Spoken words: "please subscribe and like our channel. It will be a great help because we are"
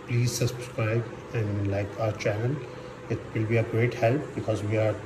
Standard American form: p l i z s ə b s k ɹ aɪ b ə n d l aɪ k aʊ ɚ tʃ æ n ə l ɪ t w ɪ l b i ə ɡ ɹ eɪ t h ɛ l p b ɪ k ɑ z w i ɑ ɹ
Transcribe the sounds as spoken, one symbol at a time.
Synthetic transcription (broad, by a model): p l i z s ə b s k ɹ aɪ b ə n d l aɪ k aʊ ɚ tʃ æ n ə n ɪ t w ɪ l b i ə ɡ ɹ eɪ t h ɛ l p b ɪ k ɑ z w i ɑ ɹ